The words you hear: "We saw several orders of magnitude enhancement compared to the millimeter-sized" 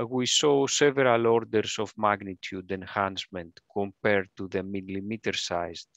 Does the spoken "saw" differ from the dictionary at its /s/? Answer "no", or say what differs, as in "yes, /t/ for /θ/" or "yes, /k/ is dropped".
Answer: no